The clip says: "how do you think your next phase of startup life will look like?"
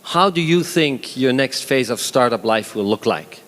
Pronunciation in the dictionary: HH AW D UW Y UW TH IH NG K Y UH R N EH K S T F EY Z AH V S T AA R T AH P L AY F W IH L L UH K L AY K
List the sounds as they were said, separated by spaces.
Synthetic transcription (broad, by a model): HH AW D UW Y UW TH IH NG K Y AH R N EH K S T F EY Z AH V S T AA R T AH P L AY F W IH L L UH K L AY K